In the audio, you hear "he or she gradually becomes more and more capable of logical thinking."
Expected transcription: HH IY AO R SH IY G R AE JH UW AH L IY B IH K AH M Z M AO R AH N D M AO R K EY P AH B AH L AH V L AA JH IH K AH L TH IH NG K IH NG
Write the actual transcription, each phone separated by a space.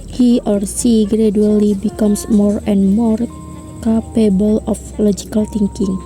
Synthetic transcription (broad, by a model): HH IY AO R S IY G R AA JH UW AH L IY B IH K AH M S M AO R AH N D M AO R K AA P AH B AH L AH F L AA JH IH K AH L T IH NG K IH NG